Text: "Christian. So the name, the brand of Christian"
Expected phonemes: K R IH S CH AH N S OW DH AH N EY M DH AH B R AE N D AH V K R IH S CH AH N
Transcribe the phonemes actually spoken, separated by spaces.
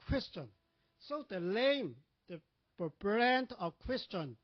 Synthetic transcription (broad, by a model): K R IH S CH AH N S OW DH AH L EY M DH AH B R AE N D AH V K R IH S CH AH N